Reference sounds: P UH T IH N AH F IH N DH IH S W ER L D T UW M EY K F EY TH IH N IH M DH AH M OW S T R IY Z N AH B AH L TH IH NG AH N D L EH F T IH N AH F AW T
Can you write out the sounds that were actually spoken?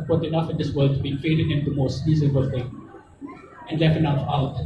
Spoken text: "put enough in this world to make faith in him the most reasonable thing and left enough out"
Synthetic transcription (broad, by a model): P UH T IH N AH F IH N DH IH S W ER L D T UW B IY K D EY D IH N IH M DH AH M OW S T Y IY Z AH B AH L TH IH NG AH N D L EH F T IH N AH F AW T